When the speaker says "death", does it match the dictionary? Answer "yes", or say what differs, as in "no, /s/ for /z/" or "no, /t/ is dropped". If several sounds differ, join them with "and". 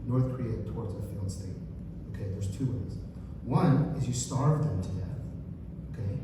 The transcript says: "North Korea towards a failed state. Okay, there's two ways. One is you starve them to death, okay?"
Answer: yes